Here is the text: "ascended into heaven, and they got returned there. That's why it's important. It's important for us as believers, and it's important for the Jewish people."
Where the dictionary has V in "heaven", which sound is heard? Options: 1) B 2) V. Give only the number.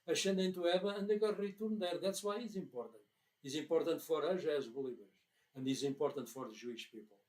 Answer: 1